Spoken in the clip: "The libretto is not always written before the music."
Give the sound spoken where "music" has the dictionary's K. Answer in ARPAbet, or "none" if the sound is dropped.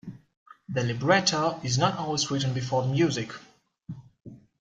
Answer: K